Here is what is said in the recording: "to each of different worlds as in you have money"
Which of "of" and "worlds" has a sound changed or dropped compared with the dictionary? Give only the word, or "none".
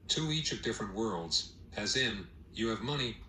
none